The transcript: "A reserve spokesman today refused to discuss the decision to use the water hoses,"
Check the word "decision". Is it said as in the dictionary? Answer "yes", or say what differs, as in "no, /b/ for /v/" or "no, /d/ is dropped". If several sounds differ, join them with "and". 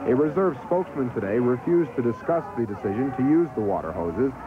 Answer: yes